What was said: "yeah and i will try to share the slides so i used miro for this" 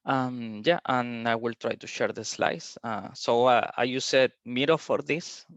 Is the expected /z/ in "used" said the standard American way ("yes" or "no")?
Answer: no